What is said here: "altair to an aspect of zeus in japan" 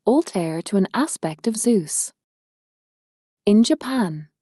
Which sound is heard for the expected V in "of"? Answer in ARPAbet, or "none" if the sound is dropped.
V